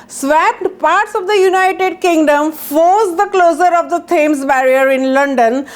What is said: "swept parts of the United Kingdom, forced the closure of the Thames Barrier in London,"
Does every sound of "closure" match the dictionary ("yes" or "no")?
no